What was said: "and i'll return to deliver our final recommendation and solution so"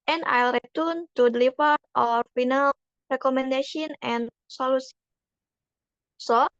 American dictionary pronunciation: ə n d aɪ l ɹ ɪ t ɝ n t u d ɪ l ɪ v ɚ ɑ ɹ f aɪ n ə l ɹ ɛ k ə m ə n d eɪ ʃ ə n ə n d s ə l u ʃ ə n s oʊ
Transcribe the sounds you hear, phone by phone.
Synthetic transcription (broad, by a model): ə n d aɪ l ɹ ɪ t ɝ n t u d l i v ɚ ɑ ɹ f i n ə l ɹ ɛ k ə m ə n d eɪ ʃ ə n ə n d s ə l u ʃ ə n s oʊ